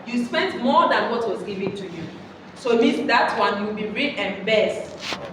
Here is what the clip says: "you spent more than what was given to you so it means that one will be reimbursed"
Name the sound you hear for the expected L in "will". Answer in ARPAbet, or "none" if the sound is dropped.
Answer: W